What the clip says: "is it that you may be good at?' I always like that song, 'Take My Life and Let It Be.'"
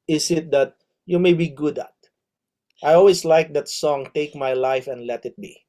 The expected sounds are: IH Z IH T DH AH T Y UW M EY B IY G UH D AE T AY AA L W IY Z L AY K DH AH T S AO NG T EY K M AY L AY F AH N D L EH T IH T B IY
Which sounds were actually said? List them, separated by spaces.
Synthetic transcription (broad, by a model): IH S IH T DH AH T Y UW M EY B IY G UH D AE T AY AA L W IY S L AY K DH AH T S AO NG T EY K M AY L AY F AH N D L EH T IH T B IY